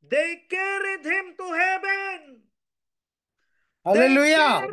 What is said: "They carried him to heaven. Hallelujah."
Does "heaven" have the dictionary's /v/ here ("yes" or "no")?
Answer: no